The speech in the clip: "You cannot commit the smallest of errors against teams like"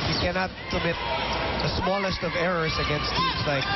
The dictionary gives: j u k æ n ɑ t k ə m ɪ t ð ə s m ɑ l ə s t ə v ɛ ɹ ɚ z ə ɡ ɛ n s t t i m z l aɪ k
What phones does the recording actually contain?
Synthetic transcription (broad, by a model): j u k æ n ɑ t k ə m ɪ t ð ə s m ɑ l ə s t ə v ɛ ɹ ɚ z ə ɡ ɛ n s t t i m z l aɪ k